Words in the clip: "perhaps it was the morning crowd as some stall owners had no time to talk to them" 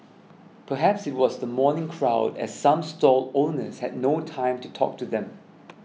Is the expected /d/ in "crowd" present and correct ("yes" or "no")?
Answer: yes